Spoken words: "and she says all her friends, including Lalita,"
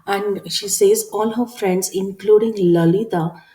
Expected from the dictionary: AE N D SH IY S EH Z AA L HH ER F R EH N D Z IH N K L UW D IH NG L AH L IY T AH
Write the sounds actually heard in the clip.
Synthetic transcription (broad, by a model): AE N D SH IY S EH Z AA L HH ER F R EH N D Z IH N K L UW D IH NG L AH L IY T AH